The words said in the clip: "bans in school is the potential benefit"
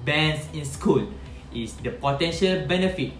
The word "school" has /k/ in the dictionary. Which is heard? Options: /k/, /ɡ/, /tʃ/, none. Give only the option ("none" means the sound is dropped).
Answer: /k/